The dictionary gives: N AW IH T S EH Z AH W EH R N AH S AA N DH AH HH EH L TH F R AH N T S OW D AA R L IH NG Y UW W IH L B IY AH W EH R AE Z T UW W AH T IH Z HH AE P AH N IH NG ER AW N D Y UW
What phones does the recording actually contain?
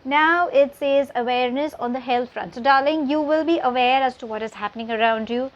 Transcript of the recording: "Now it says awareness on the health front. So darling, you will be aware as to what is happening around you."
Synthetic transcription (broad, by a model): N AW IH T S EH Z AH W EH R N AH S AA N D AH HH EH L T F R AH N T S OW D AA R L IH NG Y UW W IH L B IY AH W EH R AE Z T UW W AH T IH Z HH AE P AH N IH NG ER AW N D Y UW